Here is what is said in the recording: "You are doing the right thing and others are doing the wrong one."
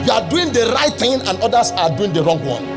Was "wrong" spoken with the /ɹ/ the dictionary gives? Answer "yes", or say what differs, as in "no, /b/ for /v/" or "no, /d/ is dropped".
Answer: yes